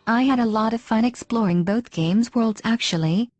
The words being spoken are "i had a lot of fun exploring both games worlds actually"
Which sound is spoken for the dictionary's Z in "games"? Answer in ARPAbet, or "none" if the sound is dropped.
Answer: Z